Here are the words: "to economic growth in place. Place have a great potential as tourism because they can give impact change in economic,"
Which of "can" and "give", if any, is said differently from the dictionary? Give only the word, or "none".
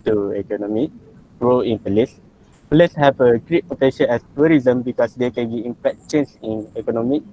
give